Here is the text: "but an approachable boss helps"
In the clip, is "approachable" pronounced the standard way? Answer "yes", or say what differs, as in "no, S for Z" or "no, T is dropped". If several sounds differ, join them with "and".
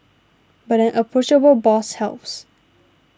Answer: no, SH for CH